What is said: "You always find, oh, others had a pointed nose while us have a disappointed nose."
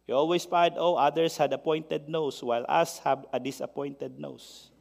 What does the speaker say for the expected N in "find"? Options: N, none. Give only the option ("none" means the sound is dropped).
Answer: none